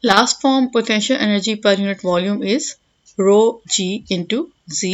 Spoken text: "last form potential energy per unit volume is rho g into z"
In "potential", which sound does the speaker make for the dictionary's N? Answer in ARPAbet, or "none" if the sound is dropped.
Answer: N